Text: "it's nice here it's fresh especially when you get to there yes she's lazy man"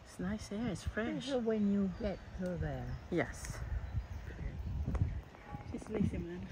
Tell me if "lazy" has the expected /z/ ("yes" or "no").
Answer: no